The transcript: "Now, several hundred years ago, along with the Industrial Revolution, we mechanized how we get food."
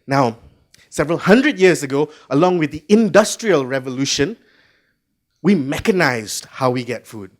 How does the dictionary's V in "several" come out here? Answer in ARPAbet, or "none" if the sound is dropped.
V